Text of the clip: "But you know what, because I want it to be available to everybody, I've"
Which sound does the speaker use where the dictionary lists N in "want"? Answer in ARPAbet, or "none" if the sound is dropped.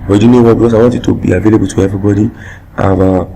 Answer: none